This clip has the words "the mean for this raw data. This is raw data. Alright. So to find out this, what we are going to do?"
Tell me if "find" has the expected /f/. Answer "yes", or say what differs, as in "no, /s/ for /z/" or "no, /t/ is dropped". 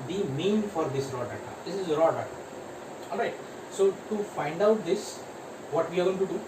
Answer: yes